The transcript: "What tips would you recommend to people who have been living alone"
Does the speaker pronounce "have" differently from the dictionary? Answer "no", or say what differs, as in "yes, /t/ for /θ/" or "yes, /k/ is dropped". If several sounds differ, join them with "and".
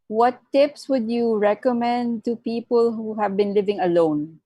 no